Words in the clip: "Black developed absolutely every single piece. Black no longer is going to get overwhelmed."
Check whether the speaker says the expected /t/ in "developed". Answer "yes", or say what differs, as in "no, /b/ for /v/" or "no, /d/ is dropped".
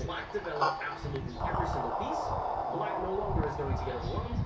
no, /t/ is dropped